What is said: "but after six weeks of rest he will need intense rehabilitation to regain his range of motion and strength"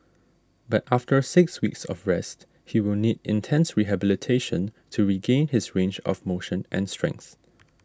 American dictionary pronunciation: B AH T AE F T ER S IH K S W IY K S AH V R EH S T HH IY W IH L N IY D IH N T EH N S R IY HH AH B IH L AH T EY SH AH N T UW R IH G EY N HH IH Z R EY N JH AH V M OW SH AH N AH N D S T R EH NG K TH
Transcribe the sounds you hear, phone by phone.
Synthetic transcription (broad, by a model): B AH T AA F T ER S IH K S W IY K S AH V R EH S T HH IY W IH L N IY D IH N T EH N S R IY HH AH B IH L AH T EY SH AH N T UW R IH G EY N HH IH S R EY N JH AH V M OW SH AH N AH N S T R EH NG K TH